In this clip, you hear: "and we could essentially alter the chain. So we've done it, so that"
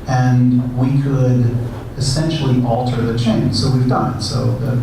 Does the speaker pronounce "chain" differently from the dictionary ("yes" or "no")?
no